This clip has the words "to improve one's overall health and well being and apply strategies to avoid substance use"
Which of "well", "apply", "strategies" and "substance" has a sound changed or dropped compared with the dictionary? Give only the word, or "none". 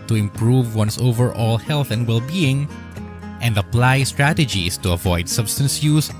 strategies